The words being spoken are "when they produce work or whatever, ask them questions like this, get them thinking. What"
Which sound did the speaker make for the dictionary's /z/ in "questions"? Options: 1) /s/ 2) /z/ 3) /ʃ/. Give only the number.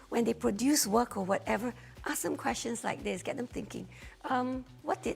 1